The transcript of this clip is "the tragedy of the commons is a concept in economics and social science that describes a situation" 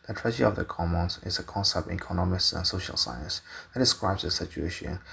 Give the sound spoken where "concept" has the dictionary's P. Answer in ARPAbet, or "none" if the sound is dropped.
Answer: P